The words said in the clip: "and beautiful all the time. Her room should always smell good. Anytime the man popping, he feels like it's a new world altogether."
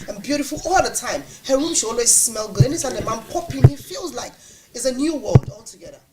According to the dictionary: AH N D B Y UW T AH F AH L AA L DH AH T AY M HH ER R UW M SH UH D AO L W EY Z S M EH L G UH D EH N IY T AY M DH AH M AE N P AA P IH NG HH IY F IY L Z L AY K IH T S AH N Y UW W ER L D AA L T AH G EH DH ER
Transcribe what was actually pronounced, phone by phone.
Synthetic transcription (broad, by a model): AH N B Y UW T AH F AH L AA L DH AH T AY M HH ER R UW M SH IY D AO L W EY Z S M EH L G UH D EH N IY S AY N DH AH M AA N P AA P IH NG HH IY F IY L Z L AY K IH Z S AH N Y UW W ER L D AA L T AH G EH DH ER